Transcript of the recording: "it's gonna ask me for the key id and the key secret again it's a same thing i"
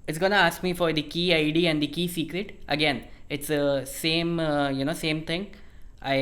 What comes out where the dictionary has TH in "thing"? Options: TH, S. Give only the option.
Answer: S